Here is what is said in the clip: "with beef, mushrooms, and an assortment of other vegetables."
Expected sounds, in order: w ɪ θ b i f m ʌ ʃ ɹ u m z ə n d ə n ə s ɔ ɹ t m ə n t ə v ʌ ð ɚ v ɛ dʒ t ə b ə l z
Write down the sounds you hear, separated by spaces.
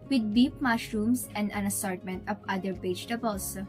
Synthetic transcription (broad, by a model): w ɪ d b i p m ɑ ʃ ɹ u m s ə n d ə n ə s ɔ ɹ t m ə n t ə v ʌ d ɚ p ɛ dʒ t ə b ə l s